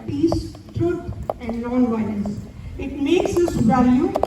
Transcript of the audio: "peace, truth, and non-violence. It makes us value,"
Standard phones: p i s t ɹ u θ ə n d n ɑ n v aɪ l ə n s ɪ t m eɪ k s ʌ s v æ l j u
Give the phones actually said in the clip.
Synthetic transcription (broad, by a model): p i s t ɹ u t ə n d l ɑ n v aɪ n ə s ɪ t m eɪ k s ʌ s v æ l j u